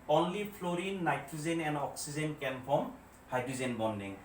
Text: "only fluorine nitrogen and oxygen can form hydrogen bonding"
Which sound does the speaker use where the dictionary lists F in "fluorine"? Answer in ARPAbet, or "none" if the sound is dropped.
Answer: P